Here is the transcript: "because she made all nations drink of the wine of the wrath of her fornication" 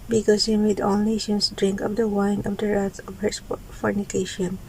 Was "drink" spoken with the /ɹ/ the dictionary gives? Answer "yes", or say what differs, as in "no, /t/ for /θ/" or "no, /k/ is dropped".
yes